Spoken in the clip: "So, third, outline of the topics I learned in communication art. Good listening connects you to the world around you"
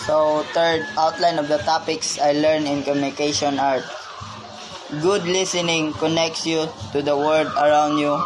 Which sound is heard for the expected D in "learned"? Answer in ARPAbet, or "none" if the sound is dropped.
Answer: none